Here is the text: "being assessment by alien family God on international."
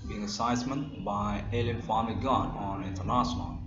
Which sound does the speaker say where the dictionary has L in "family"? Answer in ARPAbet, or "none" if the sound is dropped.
none